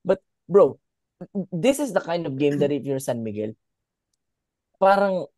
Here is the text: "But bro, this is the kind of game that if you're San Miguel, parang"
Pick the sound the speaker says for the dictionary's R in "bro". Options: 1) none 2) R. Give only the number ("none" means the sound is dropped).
2